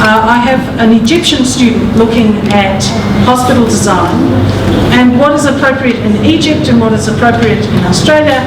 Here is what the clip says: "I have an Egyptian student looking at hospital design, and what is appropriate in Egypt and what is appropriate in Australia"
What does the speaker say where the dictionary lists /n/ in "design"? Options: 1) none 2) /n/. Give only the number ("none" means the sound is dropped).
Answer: 2